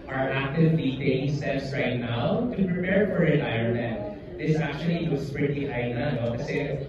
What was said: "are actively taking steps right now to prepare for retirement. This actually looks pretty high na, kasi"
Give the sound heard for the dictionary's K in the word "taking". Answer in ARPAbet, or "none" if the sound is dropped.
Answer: none